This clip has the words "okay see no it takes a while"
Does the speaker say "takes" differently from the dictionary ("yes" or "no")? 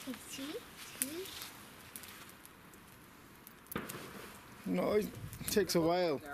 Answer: no